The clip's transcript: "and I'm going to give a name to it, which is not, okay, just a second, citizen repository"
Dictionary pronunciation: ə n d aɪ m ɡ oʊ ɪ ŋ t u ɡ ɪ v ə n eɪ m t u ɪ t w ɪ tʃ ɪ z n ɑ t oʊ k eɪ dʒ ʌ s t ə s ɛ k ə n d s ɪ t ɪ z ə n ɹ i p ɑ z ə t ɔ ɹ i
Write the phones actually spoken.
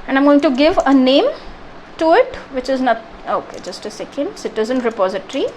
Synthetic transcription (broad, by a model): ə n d aɪ m ɡ oʊ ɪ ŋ t u ɡ ɪ v ə n eɪ m t u ɪ t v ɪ tʃ ɪ z n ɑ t oʊ k eɪ dʒ ʌ s t ə s ɛ k ə n d s ɪ t ɪ z ə n ɹ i p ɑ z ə t ɹ i